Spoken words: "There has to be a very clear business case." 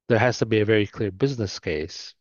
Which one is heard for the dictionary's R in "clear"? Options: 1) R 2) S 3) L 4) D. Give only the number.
1